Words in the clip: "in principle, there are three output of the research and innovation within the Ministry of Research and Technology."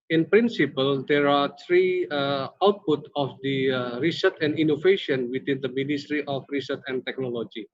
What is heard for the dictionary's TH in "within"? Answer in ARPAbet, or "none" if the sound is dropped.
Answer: T